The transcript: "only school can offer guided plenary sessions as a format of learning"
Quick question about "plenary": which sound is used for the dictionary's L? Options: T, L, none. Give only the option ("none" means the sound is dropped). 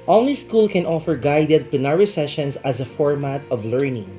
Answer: none